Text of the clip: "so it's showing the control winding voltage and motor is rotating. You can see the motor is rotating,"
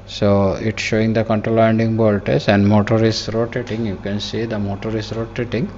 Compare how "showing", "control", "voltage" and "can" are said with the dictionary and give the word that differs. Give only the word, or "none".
voltage